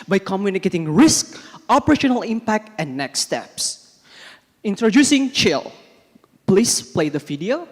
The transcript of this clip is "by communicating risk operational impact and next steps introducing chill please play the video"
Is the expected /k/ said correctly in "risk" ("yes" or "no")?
yes